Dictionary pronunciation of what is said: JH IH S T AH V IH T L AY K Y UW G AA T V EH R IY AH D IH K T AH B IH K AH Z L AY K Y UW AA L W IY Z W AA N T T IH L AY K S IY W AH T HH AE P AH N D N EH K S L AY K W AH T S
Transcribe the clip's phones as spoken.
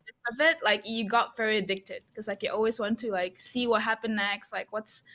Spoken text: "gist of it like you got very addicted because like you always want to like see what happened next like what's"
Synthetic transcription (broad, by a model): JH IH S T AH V IH T L AY K Y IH G AA T V EH R IY AH D IH K T AH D K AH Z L AY K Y AA L W IY Z W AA N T T IH L AY K S IY W AH T HH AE P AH N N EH K S L AY K W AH T S